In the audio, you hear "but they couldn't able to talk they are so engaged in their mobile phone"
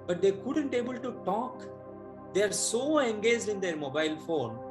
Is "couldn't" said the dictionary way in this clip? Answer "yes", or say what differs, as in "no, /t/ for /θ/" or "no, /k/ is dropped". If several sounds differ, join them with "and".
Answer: yes